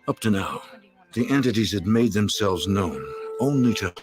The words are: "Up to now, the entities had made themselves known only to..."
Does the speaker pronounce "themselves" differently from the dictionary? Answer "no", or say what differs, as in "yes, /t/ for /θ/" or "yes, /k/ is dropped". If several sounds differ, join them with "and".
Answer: no